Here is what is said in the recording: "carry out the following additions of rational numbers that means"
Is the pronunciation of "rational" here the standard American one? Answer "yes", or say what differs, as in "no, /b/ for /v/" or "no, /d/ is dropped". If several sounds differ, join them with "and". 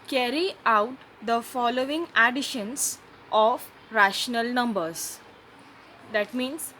yes